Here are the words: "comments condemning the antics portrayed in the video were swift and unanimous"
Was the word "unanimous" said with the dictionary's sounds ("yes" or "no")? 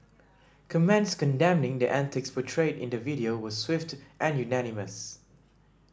yes